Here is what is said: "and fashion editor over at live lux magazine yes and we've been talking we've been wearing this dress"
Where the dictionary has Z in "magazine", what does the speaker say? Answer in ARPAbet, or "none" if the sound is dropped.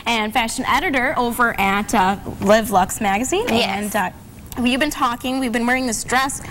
Z